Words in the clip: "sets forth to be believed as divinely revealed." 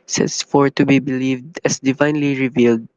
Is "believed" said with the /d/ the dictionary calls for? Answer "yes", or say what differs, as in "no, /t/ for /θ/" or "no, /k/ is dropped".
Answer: yes